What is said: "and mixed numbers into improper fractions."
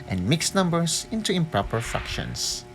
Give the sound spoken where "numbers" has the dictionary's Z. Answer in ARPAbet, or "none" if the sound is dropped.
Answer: S